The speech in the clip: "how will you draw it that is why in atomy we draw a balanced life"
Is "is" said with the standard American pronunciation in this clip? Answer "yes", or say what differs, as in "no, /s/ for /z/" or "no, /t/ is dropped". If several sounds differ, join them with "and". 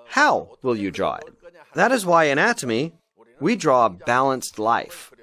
yes